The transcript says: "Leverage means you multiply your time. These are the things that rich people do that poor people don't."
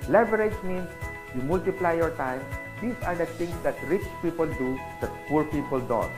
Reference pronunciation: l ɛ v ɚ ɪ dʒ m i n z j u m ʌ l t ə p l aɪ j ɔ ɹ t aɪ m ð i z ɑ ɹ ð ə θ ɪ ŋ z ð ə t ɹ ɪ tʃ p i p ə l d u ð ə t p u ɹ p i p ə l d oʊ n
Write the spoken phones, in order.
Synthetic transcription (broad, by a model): l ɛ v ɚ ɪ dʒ m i n s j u m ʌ l t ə p l aɪ j ɔ ɹ t aɪ m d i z ɑ ɹ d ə t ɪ ŋ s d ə t ɹ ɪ tʃ p i p ə l d u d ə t p u ɹ p i p ə l d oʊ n